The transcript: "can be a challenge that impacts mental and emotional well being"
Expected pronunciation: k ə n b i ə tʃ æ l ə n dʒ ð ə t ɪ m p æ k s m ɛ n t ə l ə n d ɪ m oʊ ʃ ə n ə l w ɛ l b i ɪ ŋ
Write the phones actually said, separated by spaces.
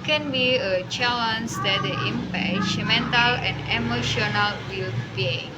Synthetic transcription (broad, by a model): k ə n b i ə tʃ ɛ l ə n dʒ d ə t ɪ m p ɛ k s m ɛ n t ə l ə n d ɪ m oʊ ʃ ə n ə l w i l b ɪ